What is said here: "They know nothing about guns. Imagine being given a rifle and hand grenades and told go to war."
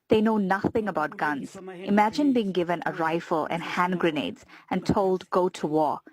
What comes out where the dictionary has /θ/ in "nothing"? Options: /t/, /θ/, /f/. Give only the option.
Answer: /θ/